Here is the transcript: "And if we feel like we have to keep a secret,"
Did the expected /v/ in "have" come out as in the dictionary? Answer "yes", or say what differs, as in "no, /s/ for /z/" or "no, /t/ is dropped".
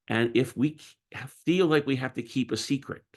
no, /f/ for /v/